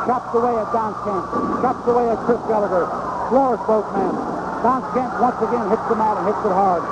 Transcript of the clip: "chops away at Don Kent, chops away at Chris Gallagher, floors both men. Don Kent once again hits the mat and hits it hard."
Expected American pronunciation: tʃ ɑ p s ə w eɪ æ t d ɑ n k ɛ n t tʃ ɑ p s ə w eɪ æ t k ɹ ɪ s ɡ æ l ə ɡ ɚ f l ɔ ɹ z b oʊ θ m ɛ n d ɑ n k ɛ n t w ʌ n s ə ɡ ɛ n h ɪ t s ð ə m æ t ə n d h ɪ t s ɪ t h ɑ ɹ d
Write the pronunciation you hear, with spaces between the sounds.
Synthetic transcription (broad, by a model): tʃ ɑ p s ə w eɪ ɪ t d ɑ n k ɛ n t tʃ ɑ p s ə w eɪ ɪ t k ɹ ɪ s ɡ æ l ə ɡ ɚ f l ɔ ɹ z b oʊ t m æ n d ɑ n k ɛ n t w ʌ n s ə ɡ ɛ n h ɪ t s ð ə m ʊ t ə n h ɪ t s ɪ t h ɑ ɹ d